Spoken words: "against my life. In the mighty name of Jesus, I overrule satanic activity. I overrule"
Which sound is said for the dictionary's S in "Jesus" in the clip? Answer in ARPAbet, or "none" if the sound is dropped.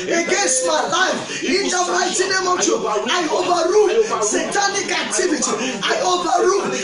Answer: none